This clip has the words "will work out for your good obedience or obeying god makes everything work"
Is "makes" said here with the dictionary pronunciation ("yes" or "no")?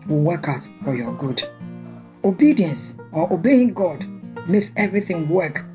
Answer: yes